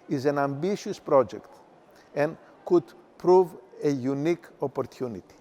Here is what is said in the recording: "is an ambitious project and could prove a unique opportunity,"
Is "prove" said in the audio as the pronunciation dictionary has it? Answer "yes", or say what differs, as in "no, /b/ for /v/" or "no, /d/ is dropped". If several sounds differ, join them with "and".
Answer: yes